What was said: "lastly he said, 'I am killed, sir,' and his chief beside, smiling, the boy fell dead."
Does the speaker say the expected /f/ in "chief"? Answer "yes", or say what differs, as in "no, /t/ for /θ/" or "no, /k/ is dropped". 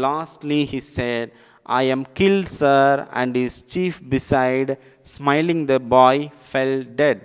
yes